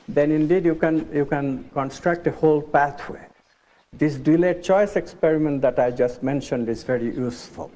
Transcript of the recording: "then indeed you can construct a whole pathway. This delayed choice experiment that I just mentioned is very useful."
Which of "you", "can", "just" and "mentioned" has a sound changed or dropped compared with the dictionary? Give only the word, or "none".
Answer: none